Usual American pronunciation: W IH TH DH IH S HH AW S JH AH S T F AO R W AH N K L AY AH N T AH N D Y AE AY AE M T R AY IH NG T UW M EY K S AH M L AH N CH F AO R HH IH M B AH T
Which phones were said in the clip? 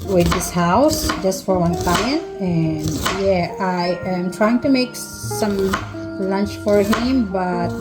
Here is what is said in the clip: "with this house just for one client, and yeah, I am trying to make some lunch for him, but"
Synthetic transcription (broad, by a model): W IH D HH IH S HH AW S JH AH S T F AO R W AH N K L AY AH N T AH N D Y AE AY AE M T R AY IH NG T UW M EY K S AH M L AH N CH F AO R HH IH M B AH T